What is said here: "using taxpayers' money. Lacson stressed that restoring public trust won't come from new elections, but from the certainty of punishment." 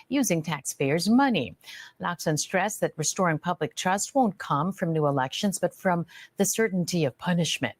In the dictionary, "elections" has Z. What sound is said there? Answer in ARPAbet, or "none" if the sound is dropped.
Z